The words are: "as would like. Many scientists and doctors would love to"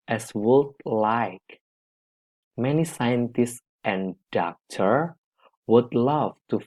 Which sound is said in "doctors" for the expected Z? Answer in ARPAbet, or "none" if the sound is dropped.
none